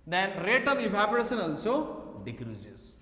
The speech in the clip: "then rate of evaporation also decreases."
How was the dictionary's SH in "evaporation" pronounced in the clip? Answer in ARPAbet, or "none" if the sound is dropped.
S